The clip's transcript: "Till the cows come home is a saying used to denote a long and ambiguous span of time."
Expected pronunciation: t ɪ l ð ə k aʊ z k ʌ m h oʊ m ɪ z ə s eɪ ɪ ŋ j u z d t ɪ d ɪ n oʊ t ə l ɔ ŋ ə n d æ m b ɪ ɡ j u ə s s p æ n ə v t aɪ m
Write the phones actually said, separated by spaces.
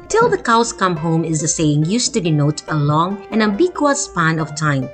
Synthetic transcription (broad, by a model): t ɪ l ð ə k aʊ s k ʌ m h oʊ m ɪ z ə s eɪ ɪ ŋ j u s t ɪ d ɪ n oʊ t ə l ɔ ŋ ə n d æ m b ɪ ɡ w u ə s s p æ n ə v t aɪ m